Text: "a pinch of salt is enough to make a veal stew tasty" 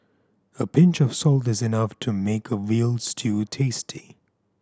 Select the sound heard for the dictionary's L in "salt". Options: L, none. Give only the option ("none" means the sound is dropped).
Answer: L